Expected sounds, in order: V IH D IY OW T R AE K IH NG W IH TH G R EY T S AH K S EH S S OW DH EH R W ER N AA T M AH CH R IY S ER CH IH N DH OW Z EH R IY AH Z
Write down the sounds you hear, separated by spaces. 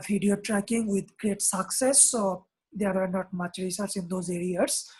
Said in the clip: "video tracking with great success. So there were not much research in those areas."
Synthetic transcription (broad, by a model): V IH D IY OW T R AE K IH NG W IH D G R EY T S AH K S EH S S OW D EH R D N AA T M AH CH R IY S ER S IH N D OW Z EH R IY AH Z